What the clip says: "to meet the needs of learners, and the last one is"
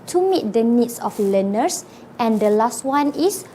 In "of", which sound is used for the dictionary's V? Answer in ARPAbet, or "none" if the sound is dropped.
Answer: F